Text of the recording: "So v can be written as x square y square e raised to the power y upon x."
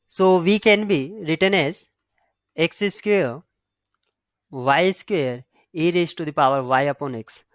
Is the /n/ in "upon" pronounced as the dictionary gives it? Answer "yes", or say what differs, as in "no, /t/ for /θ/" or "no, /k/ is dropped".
yes